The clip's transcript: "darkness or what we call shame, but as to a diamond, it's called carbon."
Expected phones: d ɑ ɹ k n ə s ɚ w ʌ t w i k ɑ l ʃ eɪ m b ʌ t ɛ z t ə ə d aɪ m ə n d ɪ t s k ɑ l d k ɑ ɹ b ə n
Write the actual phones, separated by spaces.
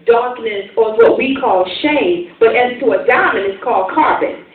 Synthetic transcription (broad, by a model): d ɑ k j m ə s ɚ w ʌ t w i k ɑ l ʃ eɪ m b ʌ t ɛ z t ə ə d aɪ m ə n ɪ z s k ɑ l d k ɑ ɹ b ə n